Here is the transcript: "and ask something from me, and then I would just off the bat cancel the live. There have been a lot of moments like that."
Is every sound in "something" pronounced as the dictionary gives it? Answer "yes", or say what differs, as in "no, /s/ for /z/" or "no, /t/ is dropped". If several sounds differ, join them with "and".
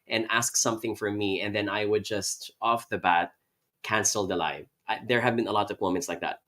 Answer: yes